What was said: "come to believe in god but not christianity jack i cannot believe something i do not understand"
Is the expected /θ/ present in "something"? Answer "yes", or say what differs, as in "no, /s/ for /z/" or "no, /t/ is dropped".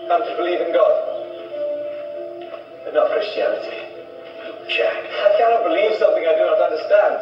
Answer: yes